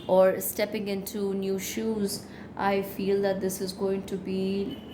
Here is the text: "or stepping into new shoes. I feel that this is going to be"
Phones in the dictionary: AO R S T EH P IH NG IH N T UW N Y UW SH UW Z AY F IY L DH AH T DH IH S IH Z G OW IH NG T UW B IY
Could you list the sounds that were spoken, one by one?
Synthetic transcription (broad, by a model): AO R S T EH P IH NG IH N T UW N Y UW SH UW Z AY F IY L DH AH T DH IH S IH Z G OW IH NG T UW B IY